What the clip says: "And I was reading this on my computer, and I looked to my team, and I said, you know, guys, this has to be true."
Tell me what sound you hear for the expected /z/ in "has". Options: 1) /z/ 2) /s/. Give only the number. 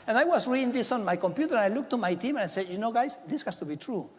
2